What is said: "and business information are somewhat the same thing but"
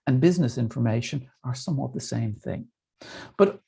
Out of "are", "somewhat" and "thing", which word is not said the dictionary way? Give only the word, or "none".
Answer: none